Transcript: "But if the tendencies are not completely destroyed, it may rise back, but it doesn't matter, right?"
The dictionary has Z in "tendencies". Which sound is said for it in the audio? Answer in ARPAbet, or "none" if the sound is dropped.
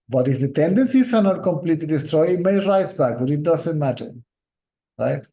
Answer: S